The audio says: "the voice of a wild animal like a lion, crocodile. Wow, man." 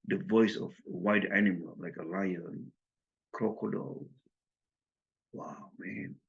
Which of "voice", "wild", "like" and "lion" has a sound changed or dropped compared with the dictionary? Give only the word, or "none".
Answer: wild